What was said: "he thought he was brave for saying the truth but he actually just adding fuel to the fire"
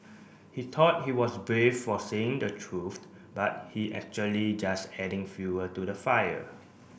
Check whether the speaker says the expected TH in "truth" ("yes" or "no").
no